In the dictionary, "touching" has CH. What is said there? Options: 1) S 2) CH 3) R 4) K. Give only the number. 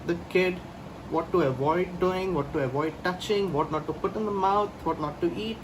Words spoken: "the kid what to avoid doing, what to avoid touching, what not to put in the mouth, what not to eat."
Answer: 2